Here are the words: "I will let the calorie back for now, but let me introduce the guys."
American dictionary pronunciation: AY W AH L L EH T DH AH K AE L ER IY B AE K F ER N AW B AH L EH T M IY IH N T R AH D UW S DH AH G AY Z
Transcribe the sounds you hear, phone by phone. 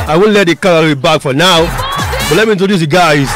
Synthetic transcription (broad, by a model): AY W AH N L EH T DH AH K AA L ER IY B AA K F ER N AW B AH L EH T M IY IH N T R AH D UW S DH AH G AY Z